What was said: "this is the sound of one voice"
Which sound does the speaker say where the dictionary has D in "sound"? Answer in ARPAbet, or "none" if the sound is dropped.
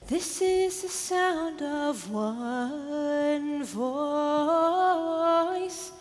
D